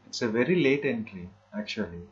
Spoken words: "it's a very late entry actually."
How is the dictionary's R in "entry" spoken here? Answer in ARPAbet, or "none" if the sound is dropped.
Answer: L